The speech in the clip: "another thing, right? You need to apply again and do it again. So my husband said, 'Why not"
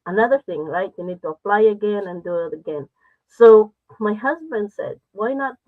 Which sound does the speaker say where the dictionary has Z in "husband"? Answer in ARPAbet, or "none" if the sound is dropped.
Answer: Z